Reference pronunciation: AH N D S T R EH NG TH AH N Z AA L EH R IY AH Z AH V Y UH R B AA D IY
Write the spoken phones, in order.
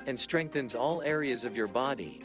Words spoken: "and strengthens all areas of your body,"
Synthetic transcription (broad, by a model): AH N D S T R EH NG TH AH N Z AA L EH R IY AH Z AH V Y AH R B AA D IY